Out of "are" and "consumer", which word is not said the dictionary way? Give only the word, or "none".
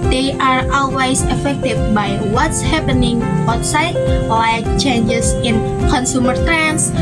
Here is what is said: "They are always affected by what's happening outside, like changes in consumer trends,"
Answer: none